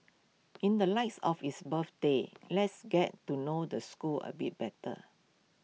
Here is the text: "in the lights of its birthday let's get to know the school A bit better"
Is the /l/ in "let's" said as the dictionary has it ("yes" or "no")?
yes